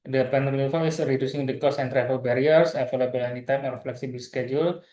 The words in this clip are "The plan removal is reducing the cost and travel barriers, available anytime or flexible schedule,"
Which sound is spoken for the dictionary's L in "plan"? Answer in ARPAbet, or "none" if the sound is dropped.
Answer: none